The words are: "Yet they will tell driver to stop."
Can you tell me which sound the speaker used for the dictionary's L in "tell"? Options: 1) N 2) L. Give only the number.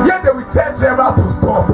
1